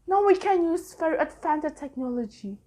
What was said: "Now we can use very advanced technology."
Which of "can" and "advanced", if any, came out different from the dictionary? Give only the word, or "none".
advanced